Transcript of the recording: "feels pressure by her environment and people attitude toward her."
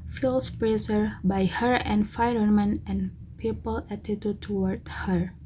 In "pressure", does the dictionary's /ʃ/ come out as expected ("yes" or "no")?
no